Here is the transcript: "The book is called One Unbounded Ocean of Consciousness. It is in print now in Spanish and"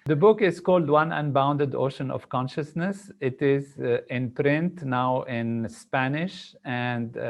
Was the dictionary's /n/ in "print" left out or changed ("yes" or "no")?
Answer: no